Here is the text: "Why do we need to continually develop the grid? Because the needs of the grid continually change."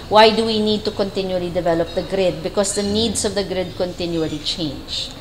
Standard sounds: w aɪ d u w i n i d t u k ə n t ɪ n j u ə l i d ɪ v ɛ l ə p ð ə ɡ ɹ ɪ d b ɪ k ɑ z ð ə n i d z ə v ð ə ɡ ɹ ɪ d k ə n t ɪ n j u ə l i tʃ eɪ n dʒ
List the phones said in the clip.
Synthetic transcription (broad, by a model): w aɪ d u w i n i d t u k ə n t ɪ n j u ə l i d ɪ v ɛ l ə p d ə ɡ ɹ ɪ d b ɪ k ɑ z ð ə n i d s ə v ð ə ɡ ɹ ɪ d k ə n t ɪ n j u ə l i tʃ eɪ n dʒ